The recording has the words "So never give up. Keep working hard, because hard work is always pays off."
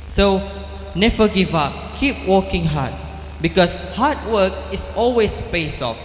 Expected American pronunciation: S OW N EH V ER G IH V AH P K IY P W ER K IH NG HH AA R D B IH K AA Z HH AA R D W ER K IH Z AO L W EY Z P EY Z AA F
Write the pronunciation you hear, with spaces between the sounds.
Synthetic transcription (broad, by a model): S OW N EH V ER G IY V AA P K IY P W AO K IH NG HH AA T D B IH K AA S HH AA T W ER K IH S AO L W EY S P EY S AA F